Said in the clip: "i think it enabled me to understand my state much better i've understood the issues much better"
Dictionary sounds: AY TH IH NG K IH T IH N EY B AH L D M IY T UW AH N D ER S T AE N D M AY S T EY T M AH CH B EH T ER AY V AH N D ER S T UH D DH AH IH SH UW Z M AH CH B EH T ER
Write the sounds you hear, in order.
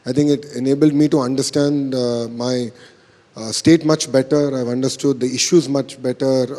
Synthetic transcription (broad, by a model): AY T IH NG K IH T IH N EY B AH L D M IY T UW AH N D ER S T AE N D M AY S T EY T M AH CH B EH T ER AY V AH N D ER S T UH D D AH IH SH UW Z M AH CH B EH T ER